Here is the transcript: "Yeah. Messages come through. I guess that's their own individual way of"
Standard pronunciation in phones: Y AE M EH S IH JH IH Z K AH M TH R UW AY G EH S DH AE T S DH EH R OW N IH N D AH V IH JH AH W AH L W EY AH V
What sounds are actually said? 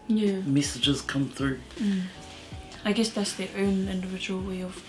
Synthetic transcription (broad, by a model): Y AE M EH S IH JH IH Z K AH M TH R UW AY G EH S DH AE T S DH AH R OW N IH N D AH V IH JH AH W AH L W EY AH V